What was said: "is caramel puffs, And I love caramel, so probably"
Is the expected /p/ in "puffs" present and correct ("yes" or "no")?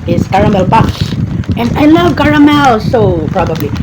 no